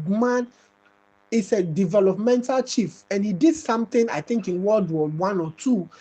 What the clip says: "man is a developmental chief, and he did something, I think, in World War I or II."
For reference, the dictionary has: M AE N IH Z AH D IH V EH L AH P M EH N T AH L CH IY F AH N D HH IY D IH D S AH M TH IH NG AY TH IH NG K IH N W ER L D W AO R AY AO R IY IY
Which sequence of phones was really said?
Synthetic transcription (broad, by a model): M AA N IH S AH D IH V EH L AH P M EH N T AH L CH IY F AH N HH IY D IH D S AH M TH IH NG AY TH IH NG K IH N W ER L D W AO W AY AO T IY